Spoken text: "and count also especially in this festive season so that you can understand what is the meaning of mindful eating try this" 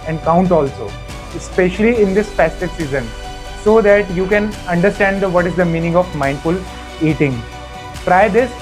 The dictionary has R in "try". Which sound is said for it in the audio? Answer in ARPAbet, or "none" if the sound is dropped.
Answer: R